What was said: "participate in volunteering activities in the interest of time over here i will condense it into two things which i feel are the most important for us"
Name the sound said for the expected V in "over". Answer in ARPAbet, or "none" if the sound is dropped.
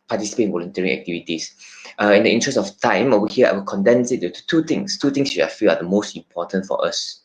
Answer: none